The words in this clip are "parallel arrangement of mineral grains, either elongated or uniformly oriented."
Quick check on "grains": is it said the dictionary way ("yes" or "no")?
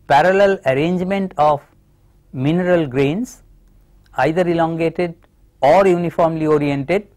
no